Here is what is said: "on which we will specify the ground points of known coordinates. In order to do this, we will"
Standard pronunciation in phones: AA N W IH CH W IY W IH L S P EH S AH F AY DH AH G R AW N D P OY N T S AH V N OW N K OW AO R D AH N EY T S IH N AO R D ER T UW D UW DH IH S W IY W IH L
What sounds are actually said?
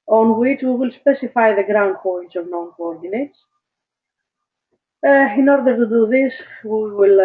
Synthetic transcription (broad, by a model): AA N W IH CH W IY W IH L S P EH S AH F AY DH AH G R AW N D P OY N T S AH V N OW N K OW AO R D AH N EY T S IH N AO R D ER T UW D UW DH IH S W IY W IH L